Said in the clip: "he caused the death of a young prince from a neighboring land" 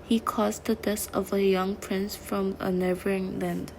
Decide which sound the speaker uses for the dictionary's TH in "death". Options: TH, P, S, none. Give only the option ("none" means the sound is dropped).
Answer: S